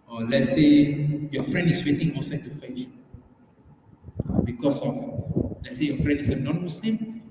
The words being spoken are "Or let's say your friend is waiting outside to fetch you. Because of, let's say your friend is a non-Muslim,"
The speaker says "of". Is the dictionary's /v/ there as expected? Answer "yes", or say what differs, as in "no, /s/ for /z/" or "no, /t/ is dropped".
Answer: no, /f/ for /v/